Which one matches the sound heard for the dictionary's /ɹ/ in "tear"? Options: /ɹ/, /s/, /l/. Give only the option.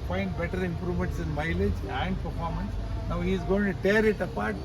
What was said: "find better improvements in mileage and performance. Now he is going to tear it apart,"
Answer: /ɹ/